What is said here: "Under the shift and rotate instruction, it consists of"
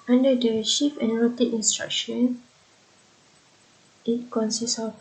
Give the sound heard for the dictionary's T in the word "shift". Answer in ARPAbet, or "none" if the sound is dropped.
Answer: none